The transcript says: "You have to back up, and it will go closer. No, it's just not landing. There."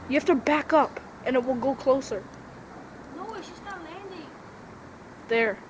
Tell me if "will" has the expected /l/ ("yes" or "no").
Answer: yes